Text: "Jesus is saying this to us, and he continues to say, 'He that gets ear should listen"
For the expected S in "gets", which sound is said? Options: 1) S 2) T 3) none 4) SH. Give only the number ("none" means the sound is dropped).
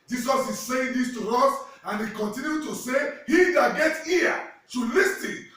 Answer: 3